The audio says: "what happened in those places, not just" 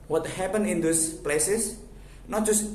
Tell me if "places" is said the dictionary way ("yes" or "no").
no